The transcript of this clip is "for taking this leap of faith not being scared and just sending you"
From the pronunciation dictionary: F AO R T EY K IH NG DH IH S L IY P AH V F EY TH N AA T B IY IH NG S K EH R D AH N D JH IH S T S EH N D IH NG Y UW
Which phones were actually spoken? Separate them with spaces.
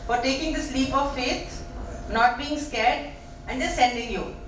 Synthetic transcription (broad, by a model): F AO R T EY K IH NG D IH S L IY P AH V F EY T N AA T B IY IH NG S K EH R D AH N D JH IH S S EH N D IH NG Y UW